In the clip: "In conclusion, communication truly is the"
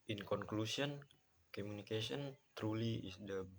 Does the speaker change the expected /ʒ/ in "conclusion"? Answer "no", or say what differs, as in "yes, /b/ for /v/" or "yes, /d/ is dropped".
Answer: yes, /s/ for /ʒ/